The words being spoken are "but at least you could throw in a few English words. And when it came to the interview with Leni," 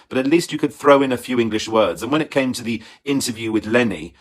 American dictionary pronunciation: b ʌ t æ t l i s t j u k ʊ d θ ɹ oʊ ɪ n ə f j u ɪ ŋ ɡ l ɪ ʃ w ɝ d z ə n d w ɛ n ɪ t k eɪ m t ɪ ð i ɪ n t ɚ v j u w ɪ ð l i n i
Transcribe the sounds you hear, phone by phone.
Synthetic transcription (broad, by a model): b ʌ t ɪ t l i s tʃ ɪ k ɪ d θ ɹ oʊ ɪ n ə f j u ɪ ŋ ɡ l ɪ ʃ w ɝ d z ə n w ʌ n ɪ t k eɪ m t ɪ ð i ɪ n t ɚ v j u w ɪ ð l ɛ n i